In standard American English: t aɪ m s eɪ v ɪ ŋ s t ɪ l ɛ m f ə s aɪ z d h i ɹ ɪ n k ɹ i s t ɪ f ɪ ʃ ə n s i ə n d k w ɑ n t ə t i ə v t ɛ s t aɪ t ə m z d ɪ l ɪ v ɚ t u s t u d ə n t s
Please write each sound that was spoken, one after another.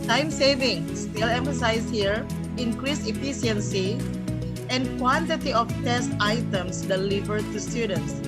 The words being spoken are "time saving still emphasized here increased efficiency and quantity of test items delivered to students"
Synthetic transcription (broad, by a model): t aɪ m s eɪ v ɪ ŋ s t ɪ l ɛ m f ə s aɪ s h i ɹ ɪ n k ɹ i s ɪ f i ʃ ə n s i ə n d k w ɑ n t ə t i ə f t ɛ s t aɪ t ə m s d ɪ l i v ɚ t u s t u d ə n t s